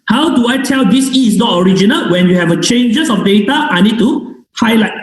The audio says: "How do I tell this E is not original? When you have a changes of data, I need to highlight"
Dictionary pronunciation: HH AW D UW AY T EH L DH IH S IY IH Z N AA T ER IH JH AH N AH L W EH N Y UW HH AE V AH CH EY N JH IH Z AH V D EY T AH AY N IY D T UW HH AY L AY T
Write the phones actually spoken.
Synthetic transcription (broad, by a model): HH AW D UW AY T EH L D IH S IY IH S N AA T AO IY JH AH N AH L W EH N Y UW HH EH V AH CH EY N JH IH S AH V D EY T AH AY N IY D T UW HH AY L AY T